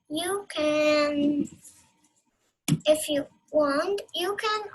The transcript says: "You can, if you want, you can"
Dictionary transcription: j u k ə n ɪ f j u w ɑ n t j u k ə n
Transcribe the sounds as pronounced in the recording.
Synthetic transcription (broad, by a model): j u k ə n ɪ f j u w ɑ n t j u k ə n